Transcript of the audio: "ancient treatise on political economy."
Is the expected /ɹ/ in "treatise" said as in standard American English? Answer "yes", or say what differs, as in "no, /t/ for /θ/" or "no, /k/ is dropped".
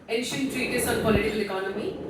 yes